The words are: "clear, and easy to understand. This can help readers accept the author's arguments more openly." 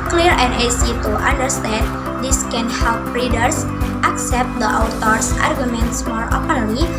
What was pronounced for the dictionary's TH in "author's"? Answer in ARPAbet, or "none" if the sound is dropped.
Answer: T